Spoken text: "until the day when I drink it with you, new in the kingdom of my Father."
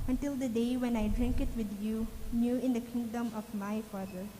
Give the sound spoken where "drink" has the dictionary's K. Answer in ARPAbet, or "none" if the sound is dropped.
K